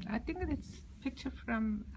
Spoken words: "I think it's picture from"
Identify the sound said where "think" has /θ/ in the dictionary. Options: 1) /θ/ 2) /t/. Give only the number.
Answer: 2